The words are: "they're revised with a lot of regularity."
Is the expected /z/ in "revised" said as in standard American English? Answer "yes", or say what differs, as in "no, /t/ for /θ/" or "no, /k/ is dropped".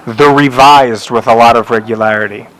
yes